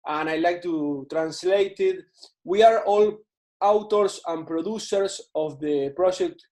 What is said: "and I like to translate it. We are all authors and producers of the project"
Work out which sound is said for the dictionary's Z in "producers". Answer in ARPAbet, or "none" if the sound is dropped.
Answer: S